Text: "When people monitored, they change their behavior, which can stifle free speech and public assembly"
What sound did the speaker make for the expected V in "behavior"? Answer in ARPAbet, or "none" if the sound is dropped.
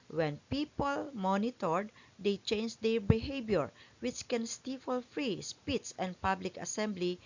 B